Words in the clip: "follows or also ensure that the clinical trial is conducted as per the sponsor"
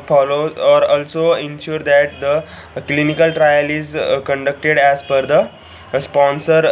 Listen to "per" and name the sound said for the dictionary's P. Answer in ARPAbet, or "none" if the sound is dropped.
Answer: F